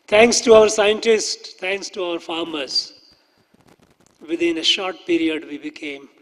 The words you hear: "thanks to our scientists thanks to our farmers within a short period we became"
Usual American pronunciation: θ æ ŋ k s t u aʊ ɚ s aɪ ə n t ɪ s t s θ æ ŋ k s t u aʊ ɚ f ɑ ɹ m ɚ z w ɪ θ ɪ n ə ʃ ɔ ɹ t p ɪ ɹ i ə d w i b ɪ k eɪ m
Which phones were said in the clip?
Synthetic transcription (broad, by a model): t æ ŋ k s t u aʊ ɚ s aɪ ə n t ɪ s t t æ ŋ k s t u aʊ ɚ f ɑ ɹ m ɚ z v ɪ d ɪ n ə ʃ ɔ ɹ t p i ɹ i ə d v i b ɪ k eɪ m